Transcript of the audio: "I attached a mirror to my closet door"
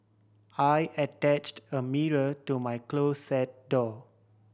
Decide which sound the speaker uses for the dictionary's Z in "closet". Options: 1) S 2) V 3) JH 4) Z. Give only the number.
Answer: 1